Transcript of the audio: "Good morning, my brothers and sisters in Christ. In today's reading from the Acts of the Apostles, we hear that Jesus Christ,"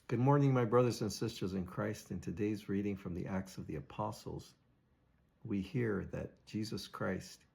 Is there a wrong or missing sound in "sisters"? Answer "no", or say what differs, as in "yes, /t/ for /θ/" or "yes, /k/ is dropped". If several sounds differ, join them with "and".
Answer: no